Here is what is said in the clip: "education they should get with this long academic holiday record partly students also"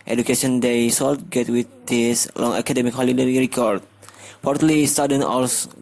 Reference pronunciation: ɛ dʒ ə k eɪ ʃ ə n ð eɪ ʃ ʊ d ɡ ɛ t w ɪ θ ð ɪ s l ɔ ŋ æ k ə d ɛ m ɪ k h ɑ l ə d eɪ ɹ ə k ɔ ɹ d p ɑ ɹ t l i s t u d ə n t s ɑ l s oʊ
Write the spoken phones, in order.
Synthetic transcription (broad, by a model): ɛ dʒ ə k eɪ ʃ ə n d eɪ s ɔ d ɡ ɛ t w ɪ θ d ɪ s l ɔ ŋ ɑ k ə d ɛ m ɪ k h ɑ l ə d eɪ ɹ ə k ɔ ɹ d p ɑ ɹ t l i s t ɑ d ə n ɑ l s